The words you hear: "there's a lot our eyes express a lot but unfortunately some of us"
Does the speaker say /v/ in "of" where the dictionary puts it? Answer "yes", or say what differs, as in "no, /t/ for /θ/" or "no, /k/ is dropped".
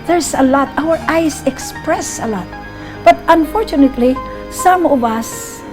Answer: no, /b/ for /v/